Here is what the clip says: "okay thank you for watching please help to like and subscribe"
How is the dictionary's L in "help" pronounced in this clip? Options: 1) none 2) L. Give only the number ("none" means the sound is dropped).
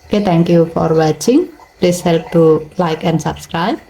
2